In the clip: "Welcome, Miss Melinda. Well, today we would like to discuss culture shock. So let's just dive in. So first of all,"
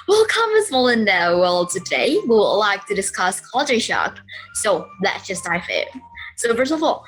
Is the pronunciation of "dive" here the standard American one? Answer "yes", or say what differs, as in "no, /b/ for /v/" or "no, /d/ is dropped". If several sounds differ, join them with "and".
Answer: no, /f/ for /v/